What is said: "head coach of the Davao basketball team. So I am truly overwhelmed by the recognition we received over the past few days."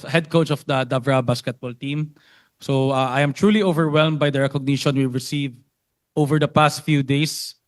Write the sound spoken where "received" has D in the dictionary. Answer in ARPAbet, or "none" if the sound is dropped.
none